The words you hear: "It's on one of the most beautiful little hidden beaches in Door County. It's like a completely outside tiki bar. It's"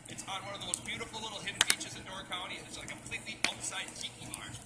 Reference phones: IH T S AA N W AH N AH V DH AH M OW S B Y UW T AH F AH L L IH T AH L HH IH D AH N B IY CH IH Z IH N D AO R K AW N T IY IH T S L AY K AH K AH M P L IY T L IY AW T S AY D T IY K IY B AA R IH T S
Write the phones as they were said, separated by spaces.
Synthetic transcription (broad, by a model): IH T S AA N W AH N AH V DH AH M OW S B Y UW T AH F L L IH T L HH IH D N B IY CH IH Z IH N D AO R K AW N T IY IH T S L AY AH K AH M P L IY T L IY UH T S AY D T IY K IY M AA R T